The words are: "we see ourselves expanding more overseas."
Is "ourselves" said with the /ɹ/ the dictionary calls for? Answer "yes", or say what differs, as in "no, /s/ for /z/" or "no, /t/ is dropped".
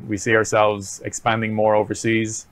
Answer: yes